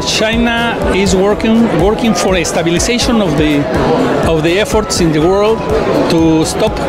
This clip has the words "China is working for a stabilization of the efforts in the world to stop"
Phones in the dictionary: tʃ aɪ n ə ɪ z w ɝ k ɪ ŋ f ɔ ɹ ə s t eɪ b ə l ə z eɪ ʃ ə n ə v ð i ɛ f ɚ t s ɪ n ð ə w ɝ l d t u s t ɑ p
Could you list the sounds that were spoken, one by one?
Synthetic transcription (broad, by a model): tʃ aɪ n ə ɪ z w ɝ k ɪ ŋ f ɔ ɹ ə s t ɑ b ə l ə s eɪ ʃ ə n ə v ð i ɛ f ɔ t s ɪ n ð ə w ɝ l d t u s t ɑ p